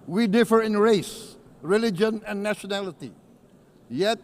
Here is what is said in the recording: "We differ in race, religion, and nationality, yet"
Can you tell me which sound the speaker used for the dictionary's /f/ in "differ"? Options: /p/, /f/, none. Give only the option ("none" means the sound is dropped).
/f/